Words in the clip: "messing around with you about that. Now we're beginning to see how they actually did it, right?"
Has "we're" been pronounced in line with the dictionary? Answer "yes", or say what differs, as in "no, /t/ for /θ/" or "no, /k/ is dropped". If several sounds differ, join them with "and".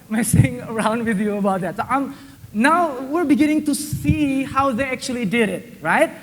yes